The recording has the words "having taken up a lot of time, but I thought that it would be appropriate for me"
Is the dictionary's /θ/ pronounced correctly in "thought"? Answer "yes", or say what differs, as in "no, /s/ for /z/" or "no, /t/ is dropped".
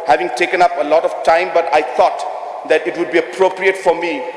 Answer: no, /t/ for /θ/